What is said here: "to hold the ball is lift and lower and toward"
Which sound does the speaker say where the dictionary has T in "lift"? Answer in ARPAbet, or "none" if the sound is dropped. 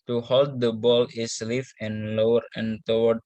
none